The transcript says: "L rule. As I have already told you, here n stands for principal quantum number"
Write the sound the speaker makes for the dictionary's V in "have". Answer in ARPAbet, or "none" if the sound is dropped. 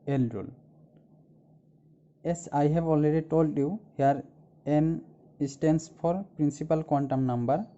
B